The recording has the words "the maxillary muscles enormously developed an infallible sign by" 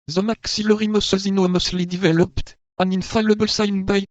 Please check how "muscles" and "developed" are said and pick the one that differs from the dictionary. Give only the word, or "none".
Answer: muscles